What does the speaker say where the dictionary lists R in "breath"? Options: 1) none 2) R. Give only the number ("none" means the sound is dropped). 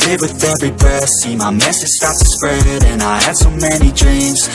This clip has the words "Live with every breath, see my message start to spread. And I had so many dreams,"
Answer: 1